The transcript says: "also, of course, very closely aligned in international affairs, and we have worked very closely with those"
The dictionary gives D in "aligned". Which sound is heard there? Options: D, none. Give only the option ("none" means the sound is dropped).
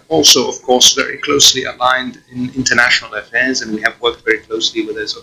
D